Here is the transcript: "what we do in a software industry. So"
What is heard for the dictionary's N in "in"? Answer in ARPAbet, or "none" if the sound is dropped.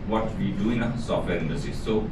L